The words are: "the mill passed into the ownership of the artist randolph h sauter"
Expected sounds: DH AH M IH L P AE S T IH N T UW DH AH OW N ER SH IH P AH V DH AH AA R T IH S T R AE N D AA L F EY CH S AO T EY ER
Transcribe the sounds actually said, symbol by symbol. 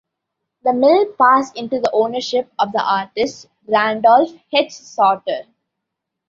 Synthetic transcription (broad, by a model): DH AH M IH L P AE S IH N T UW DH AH OW N ER SH IH P AH V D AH AA R T IH S T R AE N D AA L F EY S S AO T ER